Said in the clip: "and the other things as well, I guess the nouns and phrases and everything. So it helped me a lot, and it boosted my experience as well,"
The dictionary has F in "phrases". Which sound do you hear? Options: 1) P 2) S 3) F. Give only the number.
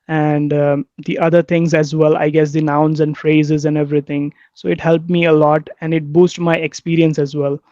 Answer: 3